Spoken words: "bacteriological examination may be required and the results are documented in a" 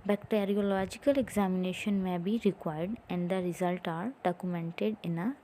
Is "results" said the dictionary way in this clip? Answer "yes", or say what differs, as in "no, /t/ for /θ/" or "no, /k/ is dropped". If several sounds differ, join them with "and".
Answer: no, /s/ is dropped